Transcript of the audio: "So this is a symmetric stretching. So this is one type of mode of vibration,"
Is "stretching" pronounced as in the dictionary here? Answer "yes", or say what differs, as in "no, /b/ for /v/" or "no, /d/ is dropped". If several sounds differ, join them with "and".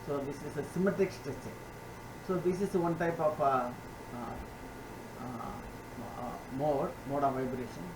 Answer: no, /ɹ/ is dropped